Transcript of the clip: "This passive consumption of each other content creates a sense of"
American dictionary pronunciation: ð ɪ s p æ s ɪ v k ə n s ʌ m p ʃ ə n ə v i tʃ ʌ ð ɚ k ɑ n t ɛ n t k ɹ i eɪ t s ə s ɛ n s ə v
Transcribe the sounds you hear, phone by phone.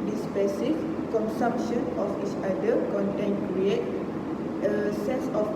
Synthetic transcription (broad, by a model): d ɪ s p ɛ s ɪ f k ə n s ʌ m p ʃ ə n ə f i tʃ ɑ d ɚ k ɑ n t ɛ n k ɹ i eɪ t ə s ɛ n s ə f